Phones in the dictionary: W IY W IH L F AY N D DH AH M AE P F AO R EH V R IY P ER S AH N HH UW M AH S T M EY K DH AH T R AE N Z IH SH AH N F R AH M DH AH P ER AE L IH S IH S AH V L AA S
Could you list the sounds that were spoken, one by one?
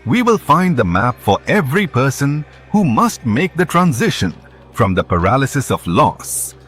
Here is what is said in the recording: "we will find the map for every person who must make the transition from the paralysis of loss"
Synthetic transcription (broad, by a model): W IY W IH L F AY N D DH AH M AE P F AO R EH V R IY P ER S AH N HH UW M AH S T M EY K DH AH T R AE N Z IH SH AH N F R AH M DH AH P ER AE L IH S IH S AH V L AA S